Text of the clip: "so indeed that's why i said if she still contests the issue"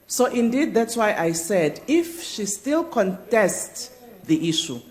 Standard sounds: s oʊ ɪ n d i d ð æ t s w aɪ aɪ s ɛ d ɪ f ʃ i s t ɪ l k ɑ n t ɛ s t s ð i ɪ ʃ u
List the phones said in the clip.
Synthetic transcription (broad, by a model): s oʊ ɪ n d i d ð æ t s w aɪ aɪ s ɛ d ɪ f ʃ i s t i l k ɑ n t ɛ s t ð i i ʃ u